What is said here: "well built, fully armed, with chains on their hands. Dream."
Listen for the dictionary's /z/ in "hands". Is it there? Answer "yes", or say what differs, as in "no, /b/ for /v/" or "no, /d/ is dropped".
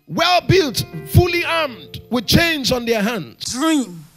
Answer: no, /z/ is dropped